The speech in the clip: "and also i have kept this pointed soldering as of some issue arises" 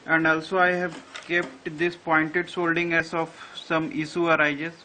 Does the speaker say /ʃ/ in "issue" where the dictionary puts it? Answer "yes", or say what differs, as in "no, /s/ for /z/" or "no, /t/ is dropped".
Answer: no, /s/ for /ʃ/